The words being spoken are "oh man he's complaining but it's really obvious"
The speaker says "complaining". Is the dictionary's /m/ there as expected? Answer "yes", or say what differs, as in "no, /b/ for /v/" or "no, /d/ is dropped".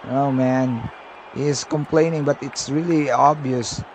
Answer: yes